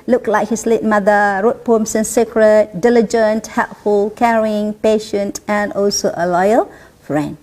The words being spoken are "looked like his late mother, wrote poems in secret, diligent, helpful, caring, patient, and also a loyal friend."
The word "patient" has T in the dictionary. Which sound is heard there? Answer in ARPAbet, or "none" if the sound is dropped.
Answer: T